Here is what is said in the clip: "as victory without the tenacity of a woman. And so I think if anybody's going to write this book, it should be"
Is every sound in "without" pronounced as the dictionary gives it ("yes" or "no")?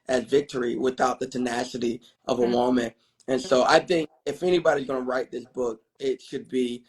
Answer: yes